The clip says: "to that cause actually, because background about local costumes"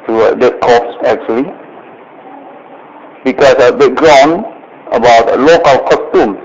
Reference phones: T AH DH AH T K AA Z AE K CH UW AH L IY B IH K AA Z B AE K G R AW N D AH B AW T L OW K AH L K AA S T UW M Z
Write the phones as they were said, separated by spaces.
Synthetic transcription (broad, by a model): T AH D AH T K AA S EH K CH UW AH L IY B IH K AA S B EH G R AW N AH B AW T L OW K AH L K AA S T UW M